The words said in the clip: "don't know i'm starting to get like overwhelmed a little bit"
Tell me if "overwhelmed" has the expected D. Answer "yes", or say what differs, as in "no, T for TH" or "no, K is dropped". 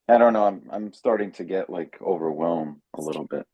no, D is dropped